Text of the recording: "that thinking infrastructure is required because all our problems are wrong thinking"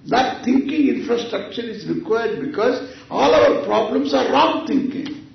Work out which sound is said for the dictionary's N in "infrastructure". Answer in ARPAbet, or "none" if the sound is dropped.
N